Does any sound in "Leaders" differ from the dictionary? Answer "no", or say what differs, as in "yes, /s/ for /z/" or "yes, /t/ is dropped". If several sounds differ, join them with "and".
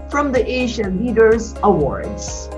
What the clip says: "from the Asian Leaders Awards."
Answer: no